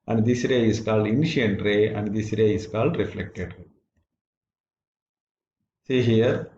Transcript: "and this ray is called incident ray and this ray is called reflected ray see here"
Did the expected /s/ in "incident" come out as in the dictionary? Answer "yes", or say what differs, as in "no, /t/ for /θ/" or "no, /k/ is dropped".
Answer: no, /ʃ/ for /s/